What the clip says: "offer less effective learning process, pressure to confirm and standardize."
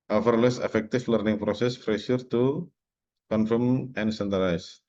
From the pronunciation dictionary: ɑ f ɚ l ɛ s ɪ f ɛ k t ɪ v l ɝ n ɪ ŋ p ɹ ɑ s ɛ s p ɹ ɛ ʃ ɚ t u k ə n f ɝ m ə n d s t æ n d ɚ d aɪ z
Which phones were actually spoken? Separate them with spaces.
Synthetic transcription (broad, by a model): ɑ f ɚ l ɛ s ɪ f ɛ k t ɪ f l ɝ n ɪ ŋ p ɹ ɑ s ɛ s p ɹ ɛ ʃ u t u k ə n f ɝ m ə n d s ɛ n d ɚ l aɪ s